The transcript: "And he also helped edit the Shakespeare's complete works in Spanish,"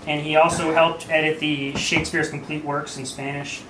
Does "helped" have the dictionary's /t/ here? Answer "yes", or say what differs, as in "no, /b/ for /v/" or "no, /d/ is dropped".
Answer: yes